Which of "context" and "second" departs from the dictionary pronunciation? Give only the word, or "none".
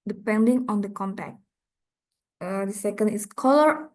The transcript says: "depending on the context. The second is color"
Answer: context